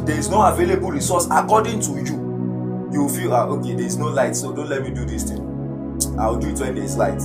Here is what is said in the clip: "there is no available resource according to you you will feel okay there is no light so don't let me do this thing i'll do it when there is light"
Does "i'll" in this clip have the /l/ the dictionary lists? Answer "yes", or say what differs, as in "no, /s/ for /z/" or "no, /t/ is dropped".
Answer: no, /w/ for /l/